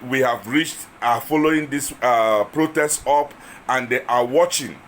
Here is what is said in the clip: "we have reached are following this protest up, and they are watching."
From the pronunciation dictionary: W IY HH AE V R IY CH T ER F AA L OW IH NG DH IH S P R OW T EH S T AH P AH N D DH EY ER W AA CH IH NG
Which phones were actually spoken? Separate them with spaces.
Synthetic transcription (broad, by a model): W IY HH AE V R IY CH T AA F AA L OW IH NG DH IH S P R OW T EH S T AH P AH N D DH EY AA W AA CH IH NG